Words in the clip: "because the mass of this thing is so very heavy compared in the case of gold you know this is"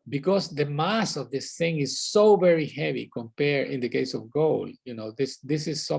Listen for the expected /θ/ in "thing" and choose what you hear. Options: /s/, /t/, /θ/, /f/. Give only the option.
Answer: /θ/